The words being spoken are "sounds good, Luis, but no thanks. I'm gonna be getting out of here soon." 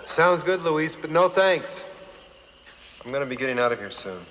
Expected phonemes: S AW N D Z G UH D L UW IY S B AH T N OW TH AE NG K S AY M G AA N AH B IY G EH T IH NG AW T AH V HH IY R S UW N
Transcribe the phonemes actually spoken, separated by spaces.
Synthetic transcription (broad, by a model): S AW N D Z G UH D L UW IY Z B AH T N OW TH AE NG K S AY M G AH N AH B IY G EH T IH NG AW T AH V HH IY R S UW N